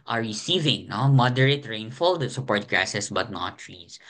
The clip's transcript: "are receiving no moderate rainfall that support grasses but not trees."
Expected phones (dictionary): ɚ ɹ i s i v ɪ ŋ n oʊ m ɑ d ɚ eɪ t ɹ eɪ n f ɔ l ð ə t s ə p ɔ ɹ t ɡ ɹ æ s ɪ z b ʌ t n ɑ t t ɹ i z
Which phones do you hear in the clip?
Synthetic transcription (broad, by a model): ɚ ɹ i s i v ɪ ŋ n oʊ m ɑ d ɚ eɪ t ɹ eɪ n f ɔ l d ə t s ə p ɔ ɹ t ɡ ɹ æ s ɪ s b ʌ t n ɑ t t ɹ i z